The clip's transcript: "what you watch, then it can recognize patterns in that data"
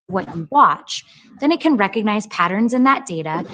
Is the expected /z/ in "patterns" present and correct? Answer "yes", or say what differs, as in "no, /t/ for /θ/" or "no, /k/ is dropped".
yes